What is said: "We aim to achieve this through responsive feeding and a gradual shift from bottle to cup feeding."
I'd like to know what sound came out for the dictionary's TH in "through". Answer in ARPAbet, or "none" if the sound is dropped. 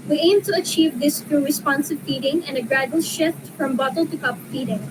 T